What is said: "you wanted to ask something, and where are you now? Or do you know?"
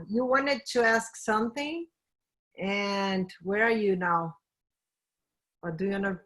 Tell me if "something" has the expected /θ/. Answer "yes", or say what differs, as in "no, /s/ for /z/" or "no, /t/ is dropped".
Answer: yes